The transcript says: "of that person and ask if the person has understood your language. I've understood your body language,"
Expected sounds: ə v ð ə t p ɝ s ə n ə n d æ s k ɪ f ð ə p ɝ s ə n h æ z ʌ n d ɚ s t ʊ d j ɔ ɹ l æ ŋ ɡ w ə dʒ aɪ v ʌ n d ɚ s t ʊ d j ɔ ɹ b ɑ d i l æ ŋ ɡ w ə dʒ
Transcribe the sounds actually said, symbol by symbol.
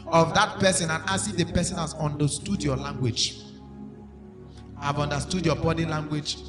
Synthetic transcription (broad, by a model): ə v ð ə t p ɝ s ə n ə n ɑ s ɪ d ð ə p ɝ s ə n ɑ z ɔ n d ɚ s t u d j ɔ l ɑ ŋ ɡ w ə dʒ aɪ v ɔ n d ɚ s t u d j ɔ b ɑ d i l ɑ ŋ ɡ w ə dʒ